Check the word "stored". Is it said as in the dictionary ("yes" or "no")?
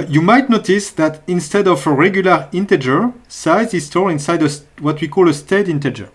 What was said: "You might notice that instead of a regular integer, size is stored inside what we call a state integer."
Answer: no